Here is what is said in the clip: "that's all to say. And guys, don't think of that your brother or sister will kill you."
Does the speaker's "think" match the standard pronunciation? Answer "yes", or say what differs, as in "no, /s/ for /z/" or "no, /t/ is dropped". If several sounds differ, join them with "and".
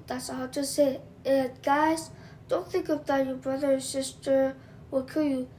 yes